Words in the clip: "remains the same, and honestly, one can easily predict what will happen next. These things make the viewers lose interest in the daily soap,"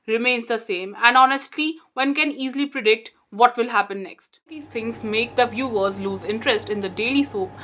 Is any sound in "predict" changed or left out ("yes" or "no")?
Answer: no